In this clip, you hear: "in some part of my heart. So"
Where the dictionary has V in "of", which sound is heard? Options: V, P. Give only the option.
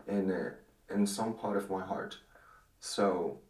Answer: V